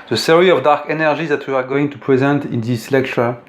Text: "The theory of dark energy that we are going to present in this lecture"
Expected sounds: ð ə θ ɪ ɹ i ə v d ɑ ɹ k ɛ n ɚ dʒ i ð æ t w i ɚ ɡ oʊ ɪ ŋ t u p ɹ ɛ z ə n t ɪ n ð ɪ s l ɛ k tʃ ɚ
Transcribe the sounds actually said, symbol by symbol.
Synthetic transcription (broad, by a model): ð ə s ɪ ɹ i ə v d ɑ ɹ k ɛ n ɚ dʒ i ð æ t w i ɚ ɡ oʊ ɪ ŋ t u p ɹ ɛ z ə n t ɪ n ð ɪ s l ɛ k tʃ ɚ